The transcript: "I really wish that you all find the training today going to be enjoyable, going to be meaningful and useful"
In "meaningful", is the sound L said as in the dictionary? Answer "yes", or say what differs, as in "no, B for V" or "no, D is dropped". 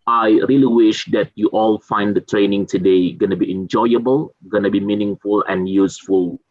yes